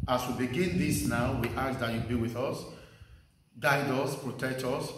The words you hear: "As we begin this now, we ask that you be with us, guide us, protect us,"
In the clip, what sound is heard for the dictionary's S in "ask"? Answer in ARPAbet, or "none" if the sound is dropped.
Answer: none